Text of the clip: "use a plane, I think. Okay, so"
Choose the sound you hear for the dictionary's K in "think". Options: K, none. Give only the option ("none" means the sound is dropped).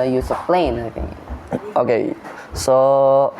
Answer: none